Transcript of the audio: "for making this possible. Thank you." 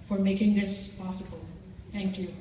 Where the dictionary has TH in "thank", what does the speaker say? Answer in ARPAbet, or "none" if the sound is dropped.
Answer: T